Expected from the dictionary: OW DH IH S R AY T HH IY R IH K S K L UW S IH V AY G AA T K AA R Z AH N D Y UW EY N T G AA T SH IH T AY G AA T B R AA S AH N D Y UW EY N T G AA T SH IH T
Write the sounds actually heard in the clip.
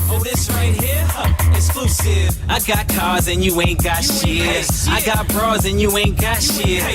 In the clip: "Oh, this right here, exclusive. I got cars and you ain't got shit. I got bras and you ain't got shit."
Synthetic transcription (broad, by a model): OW DH IH S R AY T HH IY R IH S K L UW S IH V AY G AA T K AA R Z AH N Y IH EY N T G AA T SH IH AY G AA T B R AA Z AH N Y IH EY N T G AA T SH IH